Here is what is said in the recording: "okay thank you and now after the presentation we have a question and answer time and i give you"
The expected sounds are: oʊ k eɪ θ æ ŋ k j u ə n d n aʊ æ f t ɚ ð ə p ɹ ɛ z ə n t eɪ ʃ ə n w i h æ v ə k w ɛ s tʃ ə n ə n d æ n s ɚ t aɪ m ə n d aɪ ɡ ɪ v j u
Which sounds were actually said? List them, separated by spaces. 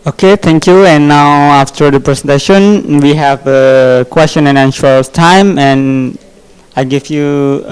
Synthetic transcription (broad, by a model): oʊ k eɪ t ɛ ŋ k j u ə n n aʊ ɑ f t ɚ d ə p ɹ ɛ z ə n t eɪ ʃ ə n w i h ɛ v ə k w ɛ s tʃ ə n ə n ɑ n ʃ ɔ t aɪ m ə n aɪ ɡ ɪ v j u